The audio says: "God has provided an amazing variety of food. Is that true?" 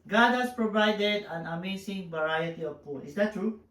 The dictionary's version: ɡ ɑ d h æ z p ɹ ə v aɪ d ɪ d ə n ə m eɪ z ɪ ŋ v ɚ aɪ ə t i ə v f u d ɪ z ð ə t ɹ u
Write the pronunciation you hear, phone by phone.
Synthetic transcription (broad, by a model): ɡ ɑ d h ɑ s p ɹ ə v aɪ d ɪ d ə n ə m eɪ s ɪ ŋ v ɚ aɪ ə t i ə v p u ɪ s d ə t ɹ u